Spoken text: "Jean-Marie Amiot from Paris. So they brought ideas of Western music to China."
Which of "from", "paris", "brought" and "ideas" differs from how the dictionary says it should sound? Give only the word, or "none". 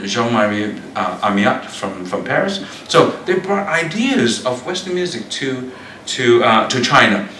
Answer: none